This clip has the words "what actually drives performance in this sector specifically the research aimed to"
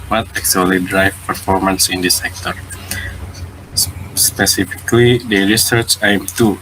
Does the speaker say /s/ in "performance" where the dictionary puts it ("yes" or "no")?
yes